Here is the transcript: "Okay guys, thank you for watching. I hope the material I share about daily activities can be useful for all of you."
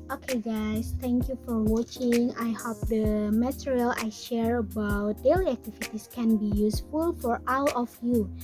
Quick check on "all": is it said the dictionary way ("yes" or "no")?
no